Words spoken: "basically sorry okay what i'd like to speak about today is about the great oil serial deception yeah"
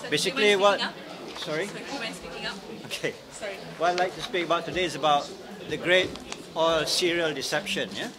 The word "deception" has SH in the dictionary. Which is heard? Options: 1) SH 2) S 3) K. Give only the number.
1